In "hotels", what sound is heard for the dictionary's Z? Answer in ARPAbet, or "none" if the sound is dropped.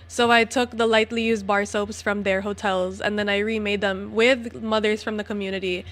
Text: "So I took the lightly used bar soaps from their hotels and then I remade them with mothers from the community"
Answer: Z